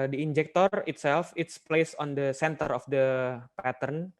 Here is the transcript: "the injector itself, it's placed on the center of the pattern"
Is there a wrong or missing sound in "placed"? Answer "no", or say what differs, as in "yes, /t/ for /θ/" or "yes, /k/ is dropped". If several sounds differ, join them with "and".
yes, /t/ is dropped